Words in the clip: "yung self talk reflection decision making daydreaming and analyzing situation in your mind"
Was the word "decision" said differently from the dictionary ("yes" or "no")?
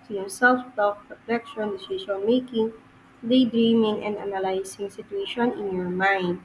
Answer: yes